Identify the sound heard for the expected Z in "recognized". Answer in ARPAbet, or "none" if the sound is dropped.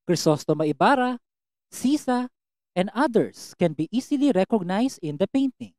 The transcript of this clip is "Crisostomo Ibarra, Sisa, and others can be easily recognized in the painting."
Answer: S